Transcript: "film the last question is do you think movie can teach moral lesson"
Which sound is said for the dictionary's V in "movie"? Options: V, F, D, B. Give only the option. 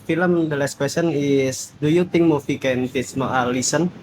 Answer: F